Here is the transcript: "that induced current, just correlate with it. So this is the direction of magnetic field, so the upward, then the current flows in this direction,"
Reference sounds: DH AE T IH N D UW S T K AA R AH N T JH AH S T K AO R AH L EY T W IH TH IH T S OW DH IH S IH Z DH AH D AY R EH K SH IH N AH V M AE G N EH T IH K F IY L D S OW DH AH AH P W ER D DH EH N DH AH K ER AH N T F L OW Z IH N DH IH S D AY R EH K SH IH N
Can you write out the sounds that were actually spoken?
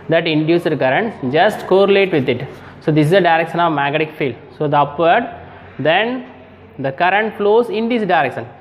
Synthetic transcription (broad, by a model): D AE T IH N D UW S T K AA R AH N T JH AH S T K AO R AH L EY T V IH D IH T S OW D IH S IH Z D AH D AY R EH K SH IH N AH V M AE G EH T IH K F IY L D S OW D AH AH P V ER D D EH N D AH K ER AH N T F L OW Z IH N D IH S D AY R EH K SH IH N